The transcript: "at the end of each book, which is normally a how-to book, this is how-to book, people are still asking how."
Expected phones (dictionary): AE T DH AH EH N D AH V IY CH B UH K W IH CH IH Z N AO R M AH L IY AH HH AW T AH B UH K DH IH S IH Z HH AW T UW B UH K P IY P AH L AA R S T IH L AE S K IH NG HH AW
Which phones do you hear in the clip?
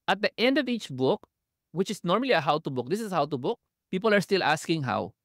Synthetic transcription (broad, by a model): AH T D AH EH N D AH V IY CH B UH K W IH CH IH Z N AO R M AH L IY AH HH AW T AH B UH K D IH S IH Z HH AW T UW B UH K P IY P AH L AA R S T IH L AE S K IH NG HH AW